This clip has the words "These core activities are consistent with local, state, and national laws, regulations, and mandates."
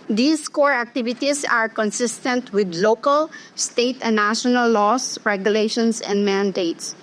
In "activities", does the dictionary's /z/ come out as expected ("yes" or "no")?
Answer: no